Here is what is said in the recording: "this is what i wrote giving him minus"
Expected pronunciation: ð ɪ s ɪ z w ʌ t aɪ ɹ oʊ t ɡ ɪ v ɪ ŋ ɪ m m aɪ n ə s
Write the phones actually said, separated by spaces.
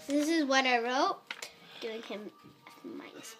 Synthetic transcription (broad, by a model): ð ɪ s ɪ z w ʌ t aɪ ɹ oʊ t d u ɪ ŋ ɪ m m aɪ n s